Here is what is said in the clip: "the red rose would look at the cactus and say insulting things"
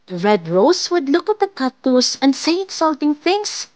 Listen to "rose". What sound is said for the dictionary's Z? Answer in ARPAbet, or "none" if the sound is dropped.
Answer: S